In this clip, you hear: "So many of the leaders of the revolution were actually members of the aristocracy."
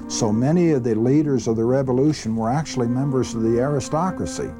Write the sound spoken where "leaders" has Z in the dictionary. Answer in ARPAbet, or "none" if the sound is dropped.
Z